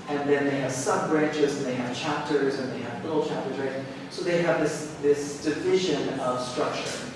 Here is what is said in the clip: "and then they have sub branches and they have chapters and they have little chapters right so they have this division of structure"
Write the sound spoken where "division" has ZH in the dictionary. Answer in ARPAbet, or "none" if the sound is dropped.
ZH